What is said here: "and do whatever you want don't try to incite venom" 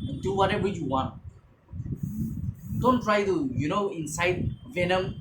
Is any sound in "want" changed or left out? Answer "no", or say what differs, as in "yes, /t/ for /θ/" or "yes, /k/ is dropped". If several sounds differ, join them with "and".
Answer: no